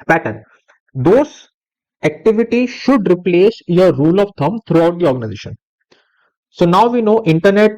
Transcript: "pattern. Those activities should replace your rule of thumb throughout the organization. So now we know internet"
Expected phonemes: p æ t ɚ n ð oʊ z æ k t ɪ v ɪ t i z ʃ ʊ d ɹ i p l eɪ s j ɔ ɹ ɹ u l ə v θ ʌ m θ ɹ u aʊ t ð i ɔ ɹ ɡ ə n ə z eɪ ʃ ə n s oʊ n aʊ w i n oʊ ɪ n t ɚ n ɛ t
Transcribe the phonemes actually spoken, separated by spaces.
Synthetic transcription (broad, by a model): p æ t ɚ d oʊ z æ k t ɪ v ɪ t i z ʃ ʊ d ɹ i p l eɪ s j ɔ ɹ ɹ u l ə v t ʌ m t ɹ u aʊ t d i ɔ ɹ ɡ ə n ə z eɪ ʃ ə n s oʊ n aʊ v i n oʊ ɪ n t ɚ n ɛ t